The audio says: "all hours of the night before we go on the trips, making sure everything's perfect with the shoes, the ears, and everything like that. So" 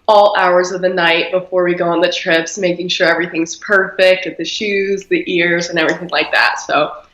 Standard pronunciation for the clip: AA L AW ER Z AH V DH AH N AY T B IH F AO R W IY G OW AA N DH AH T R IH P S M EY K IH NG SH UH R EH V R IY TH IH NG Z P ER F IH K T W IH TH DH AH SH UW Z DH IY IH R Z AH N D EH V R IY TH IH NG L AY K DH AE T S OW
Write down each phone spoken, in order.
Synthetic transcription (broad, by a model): AA L AW ER Z AH V DH AH N AY T B IH F AO R W IY G OW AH N DH AH T R IH P S M EY K IH NG SH UH R EH V R IY TH IH NG Z P ER F IH K T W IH DH AH SH UW Z DH IY IH R Z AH N EH V R IY TH IH NG L AY K DH AE T S OW